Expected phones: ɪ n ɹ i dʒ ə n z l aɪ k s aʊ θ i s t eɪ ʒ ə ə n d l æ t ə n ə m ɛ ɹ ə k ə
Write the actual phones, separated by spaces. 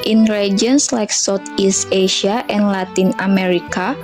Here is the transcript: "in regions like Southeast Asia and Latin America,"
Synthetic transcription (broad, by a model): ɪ n ɹ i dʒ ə n s l aɪ k s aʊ t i s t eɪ ʃ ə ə n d l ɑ t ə n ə m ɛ ɹ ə k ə